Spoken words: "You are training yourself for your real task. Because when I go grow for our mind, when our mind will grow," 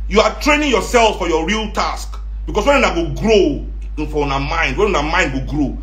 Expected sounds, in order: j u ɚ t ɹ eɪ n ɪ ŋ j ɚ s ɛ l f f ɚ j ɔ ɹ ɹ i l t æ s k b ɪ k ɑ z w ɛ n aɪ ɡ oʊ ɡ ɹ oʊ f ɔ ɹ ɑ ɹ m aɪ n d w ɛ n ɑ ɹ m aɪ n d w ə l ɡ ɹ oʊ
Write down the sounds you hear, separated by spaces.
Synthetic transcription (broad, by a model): j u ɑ t ɹ eɪ n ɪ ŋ j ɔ s ɛ l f f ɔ j ɔ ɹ ɹ i l t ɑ s k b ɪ k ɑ s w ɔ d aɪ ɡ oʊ ɡ ɹ oʊ f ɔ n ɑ m aɪ n d w ɛ n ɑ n m aɪ n d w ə ɡ ɹ oʊ